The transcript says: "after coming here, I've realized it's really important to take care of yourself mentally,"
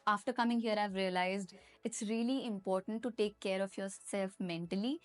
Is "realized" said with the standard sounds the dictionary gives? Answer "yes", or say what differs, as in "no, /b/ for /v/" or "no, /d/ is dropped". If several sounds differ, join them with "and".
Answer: yes